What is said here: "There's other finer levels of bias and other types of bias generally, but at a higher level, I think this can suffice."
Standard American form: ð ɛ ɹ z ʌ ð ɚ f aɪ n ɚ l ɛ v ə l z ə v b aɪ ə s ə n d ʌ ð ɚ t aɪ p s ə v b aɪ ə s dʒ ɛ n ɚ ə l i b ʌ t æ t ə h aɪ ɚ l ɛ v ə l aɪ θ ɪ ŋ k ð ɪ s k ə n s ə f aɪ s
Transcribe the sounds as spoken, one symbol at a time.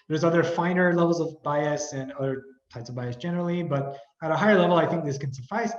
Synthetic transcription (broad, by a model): ð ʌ ɹ z ʌ ð ɚ f aɪ n ɚ l ɛ v l z ə v b aɪ ə s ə n ʌ ð ɚ t aɪ p s ə v b aɪ ə s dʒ ɛ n ɚ l i b ʌ t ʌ t ə h aɪ ɚ l ɛ v l aɪ θ ɪ ŋ k ð ɪ s k ə n s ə f aɪ s